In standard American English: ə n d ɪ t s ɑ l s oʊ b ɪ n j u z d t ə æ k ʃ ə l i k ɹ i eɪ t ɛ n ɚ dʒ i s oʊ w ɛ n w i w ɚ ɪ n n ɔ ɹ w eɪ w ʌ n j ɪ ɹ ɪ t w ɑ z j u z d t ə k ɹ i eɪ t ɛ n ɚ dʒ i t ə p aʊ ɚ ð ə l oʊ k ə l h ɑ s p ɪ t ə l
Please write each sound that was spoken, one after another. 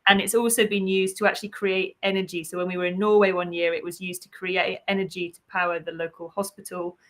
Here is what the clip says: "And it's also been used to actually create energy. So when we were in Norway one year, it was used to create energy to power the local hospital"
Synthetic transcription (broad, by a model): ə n ɪ t s ɑ l s oʊ b ɪ n j u z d t ə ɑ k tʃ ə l i k ɹ i eɪ t ɛ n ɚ dʒ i s oʊ w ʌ n w i w ɚ ɪ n n ɔ w eɪ w ʌ n j ɪ ɹ ɪ t w ɑ z j u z t ə k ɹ i eɪ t ɛ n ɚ dʒ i t ə p aʊ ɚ ð ə l oʊ k ə l h ɑ s p ɪ t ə l